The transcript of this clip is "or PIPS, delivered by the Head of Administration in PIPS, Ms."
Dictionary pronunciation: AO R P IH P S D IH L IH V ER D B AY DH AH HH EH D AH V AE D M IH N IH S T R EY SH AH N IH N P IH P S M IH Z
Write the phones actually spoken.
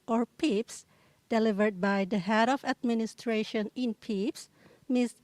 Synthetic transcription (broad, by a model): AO R P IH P S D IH L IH V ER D B AY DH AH HH EH D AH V AE D M IH N IH S T R EY SH AH N IH N P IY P S M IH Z